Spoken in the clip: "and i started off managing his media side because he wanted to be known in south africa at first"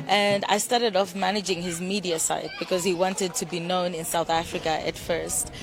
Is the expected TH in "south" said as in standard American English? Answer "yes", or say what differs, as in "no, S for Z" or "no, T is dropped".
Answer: yes